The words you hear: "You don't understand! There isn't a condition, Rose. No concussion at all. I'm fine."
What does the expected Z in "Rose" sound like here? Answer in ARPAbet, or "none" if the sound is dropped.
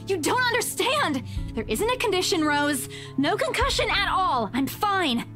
Z